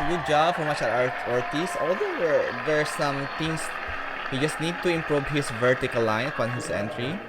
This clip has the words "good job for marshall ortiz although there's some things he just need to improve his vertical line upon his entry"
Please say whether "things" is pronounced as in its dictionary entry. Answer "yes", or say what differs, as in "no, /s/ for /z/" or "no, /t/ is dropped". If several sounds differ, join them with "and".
no, /t/ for /θ/